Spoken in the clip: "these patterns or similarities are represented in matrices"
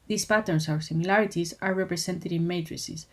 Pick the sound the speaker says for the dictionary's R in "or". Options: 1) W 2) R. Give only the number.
1